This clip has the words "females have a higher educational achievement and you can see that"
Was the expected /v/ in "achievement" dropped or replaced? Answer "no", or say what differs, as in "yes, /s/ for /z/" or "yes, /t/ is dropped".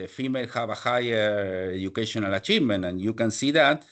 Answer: yes, /v/ is dropped